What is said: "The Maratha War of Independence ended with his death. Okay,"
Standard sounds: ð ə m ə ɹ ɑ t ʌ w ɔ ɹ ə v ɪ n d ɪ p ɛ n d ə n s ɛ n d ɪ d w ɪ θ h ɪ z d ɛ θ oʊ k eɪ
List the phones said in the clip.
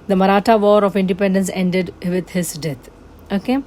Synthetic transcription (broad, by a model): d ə m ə ɹ ɑ t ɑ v ɔ ɹ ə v ɪ n d ɪ p ɛ n d ə n s ɛ n d ɪ d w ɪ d h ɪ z d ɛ t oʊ k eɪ